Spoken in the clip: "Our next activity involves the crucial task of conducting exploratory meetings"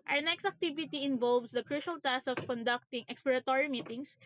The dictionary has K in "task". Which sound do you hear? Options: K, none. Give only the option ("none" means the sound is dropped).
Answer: none